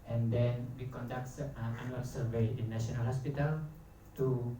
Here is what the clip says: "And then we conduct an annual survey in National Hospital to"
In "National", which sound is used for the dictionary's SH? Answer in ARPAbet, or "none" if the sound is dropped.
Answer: none